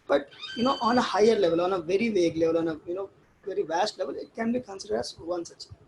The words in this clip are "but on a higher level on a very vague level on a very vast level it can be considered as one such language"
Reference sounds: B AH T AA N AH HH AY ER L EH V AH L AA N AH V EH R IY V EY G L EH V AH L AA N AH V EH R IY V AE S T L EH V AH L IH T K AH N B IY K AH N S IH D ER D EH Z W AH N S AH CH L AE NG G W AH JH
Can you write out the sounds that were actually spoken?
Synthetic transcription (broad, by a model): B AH T AA N AH HH AY ER L EH V AH L AA N AH V EH R IY V EY G L EH V AH L AA N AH V EH R IY V AE S T L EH V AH L IH T K AH N B IY K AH N S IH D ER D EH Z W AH N S AH CH